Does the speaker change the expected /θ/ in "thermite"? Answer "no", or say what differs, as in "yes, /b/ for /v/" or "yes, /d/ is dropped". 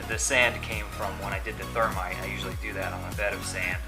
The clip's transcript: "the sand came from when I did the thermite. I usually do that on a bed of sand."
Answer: no